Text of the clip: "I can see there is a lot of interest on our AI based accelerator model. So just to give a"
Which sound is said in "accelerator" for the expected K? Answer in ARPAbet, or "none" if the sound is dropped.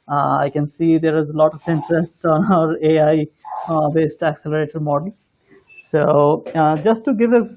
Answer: K